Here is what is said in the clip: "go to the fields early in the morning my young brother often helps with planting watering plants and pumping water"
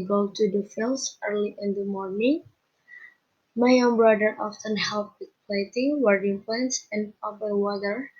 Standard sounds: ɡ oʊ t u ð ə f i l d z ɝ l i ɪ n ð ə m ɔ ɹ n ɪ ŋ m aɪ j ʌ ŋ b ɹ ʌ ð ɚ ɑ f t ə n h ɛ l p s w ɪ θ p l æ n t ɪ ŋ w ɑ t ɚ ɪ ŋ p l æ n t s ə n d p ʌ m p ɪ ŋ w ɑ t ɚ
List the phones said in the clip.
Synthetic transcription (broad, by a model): ɡ oʊ t u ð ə f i l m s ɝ l i ɪ n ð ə m ɔ ɹ n ɪ ŋ m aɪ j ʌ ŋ b ɹ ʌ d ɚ ɑ f t ə n h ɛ l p w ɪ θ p l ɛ t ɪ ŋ w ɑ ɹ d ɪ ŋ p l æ n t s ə n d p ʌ p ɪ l w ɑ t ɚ